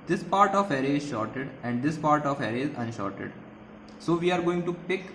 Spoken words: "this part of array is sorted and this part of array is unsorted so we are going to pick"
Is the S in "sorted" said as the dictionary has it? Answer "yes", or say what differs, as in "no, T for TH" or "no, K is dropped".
no, SH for S